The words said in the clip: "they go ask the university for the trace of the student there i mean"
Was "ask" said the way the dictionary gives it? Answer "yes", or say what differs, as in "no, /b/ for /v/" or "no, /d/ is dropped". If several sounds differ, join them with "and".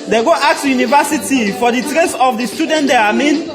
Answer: no, /s/ is dropped